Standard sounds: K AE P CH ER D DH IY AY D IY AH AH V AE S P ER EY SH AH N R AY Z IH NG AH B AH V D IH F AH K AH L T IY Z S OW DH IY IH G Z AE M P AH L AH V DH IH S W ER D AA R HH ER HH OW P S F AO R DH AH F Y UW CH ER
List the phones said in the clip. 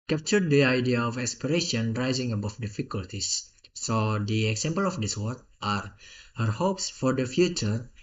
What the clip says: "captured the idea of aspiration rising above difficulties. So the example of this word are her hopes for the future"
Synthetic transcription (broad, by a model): K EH P CH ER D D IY AY D IY AH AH F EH S P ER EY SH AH N R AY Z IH NG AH B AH F D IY F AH K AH L T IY S OW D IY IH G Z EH M P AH L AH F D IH S W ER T AA R HH ER HH OW P S F AO R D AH F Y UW CH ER